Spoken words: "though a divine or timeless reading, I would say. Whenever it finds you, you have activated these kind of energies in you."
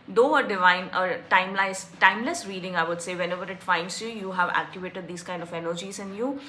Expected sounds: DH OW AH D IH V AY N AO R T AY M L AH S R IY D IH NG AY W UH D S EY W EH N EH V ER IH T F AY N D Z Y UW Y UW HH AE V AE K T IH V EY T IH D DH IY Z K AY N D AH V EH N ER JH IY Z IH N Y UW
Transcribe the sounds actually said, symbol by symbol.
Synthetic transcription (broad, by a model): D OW AH D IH V AY N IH L T AY M L AH S R IY D IH NG AY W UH D S EY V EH N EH V ER IH T F AY N D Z Y UW Y UW HH AE V AE K T IH V EY T IH D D IY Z K AY N D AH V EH N ER JH IY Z IH N Y UW